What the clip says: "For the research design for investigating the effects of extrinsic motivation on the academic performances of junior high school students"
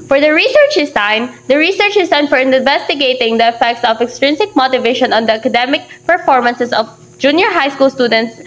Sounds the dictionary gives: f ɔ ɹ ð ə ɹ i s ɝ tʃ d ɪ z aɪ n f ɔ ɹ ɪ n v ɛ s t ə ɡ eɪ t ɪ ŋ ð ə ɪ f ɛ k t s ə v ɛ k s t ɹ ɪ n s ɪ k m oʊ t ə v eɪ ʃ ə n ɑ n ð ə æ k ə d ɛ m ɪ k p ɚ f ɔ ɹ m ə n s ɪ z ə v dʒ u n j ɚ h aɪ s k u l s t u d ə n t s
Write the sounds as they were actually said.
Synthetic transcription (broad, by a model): f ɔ ɹ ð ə ɹ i s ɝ tʃ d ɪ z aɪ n f ɔ ɹ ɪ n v ɛ s t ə ɡ eɪ t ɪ ŋ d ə ɪ f ɛ k t s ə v ɛ k s t ɹ ɪ n s ɪ k m oʊ t ə v eɪ ʃ ə n ɑ n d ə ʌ k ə d ɛ m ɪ k p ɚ f ɔ ɹ m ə n s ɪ s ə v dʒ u n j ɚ h aɪ s k u l s t u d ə n t s